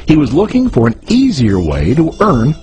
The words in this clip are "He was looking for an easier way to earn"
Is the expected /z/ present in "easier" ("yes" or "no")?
yes